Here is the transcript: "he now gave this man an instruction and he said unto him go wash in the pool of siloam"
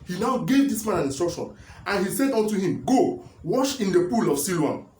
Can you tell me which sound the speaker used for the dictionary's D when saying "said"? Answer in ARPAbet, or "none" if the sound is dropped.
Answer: D